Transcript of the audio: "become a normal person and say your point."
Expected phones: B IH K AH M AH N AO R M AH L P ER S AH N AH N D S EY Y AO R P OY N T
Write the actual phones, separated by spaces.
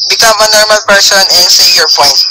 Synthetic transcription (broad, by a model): B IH K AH M AH N AO R M AH L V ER SH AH N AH N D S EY Y AO R P OY N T